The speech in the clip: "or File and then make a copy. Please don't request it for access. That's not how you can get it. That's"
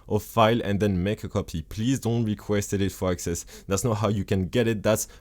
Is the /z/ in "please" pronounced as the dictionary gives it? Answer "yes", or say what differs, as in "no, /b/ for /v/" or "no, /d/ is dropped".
yes